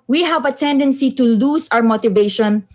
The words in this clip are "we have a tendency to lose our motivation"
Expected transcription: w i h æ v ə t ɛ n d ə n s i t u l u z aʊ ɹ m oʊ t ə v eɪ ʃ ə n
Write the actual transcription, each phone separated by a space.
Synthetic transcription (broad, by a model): w i h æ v ə t ɛ n d ə n s i t u l u s aʊ ɹ m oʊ t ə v eɪ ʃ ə n